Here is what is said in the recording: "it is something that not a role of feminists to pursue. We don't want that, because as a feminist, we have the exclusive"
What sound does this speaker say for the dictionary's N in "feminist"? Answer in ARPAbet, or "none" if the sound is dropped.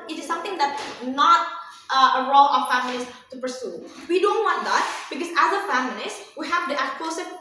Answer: L